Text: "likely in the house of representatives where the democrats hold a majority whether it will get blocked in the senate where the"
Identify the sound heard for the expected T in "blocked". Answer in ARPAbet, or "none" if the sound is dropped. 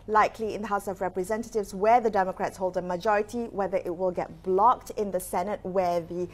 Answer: T